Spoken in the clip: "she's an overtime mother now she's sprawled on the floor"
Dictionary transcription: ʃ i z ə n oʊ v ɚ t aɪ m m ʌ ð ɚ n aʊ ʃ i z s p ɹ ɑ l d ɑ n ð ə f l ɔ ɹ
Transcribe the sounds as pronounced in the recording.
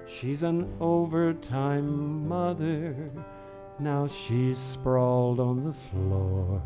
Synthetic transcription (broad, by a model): ʃ i z ə n oʊ v ɚ t aɪ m m ʌ ð ɚ n aʊ ʃ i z s p ɹ ɑ l d n ð ə f l ɔ ɹ